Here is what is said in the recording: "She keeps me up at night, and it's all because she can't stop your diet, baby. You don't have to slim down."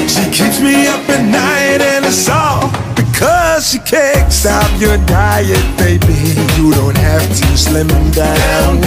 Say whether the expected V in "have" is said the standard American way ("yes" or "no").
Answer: no